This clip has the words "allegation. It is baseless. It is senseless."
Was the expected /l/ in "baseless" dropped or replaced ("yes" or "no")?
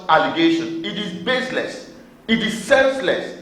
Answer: no